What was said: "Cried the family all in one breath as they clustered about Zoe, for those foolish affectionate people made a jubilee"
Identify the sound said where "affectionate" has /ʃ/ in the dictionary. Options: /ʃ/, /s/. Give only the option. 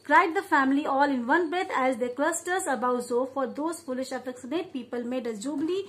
/s/